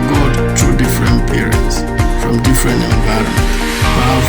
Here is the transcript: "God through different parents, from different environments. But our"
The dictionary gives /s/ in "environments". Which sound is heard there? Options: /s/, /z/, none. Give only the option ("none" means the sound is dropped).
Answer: none